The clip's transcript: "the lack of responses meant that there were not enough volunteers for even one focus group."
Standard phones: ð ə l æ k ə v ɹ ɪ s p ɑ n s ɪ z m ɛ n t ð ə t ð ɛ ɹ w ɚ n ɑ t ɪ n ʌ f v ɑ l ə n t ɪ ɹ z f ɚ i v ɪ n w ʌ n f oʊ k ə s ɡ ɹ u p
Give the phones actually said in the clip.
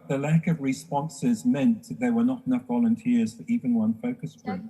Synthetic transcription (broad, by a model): ð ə l æ k ə v ɹ ɪ s p ɑ n s ɪ z m ɛ n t ð ə t ð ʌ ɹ w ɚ n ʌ t ɪ n ʌ f v ɑ l ə n t ɪ ɹ z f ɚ i v ɪ n w ʌ n f oʊ k ə s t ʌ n